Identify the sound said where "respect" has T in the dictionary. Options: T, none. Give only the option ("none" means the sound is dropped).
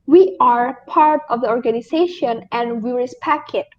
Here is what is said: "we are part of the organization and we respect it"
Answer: none